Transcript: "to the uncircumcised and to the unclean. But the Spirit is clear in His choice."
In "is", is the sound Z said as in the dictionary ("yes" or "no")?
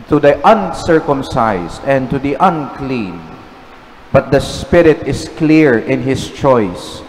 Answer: no